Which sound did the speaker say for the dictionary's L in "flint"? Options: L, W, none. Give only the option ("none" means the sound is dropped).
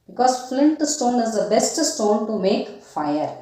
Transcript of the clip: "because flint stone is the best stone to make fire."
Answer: L